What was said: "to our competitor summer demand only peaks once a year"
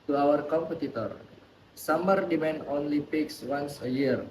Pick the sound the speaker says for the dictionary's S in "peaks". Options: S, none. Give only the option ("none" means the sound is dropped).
S